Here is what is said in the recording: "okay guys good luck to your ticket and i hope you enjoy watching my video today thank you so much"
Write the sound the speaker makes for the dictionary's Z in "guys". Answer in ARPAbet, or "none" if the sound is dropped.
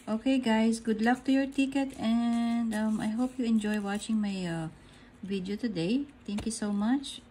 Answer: S